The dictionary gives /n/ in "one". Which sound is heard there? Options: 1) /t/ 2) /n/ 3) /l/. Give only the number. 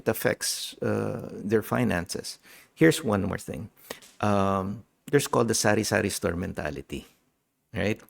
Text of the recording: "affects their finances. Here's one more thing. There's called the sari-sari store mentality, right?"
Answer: 2